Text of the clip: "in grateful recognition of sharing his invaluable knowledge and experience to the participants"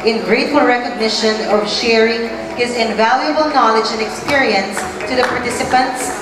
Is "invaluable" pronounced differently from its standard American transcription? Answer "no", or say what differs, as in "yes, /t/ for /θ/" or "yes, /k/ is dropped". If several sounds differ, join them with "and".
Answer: no